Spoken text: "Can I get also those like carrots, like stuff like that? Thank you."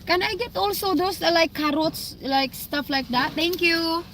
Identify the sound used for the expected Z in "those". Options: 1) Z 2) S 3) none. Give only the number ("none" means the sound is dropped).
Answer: 2